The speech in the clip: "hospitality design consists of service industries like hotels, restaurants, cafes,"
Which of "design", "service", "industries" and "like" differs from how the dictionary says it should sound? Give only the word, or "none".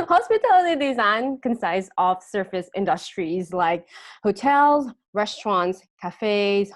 service